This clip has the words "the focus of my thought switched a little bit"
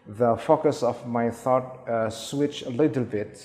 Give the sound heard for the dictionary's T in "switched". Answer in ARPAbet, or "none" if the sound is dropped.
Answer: none